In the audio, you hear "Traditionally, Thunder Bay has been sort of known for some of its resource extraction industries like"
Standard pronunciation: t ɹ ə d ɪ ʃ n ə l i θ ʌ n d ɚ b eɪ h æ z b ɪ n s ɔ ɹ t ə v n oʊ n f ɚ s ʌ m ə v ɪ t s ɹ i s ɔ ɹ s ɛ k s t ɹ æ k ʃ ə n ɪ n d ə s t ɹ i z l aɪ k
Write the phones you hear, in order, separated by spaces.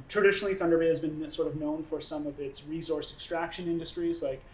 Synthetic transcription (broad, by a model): t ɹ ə d ɪ ʃ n l i θ ʌ n d ɚ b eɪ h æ z b ɪ n s ɔ ɹ t ə v n oʊ n f ɚ s ʌ m ə v ɪ t s ɹ i s ɔ ɹ s ɛ k s t ɹ æ k ʃ ə n ɪ n d ə s t ɹ i z l aɪ k